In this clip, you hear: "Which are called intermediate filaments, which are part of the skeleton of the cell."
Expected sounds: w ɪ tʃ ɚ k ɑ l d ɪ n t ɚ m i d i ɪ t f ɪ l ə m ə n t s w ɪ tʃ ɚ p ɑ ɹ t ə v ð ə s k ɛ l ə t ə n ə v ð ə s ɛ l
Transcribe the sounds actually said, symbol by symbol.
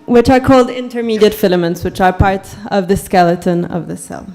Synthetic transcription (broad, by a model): w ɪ tʃ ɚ k ɑ l d ɪ n t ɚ m i d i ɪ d f ɪ l ə m ə n t s w ɪ tʃ ɚ p ɑ ɹ t ə v ð ə s k ɛ l ə t ə n ə v ð ə s ɛ l